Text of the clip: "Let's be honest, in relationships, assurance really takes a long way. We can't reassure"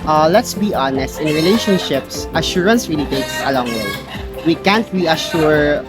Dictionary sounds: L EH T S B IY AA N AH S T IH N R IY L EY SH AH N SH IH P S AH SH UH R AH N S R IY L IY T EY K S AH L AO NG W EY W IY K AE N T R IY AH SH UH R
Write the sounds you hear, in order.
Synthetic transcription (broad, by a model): L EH T S B IY AA N AH S T IH N R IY L EY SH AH N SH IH P S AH SH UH R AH N S R IY L IY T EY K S AH L AO NG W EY W IY K AE N T R IY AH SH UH R